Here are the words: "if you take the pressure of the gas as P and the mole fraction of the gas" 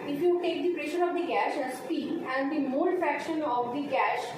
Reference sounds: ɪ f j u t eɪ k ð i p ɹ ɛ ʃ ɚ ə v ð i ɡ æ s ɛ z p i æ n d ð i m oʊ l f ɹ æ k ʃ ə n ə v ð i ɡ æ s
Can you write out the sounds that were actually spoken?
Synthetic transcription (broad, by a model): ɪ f j u t eɪ k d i p ɹ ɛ ʃ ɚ ə v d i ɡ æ ʃ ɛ s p i æ n d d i m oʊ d f ɹ æ k ʃ ə n ə v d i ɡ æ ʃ